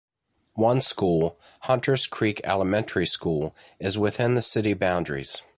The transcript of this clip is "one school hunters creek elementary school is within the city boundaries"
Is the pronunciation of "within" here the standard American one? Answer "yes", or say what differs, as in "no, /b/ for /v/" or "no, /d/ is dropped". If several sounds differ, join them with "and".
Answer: yes